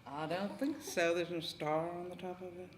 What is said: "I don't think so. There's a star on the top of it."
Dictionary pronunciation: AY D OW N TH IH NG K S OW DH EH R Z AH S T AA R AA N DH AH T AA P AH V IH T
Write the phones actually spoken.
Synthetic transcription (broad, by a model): AY D OW N TH IH NG K S OW DH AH R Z AH S T AA R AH N DH AH T AA P AH V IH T